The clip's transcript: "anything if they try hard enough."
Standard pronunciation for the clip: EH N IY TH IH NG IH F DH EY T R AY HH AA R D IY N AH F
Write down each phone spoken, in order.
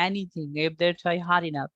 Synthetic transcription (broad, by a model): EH N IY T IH NG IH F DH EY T AY HH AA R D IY N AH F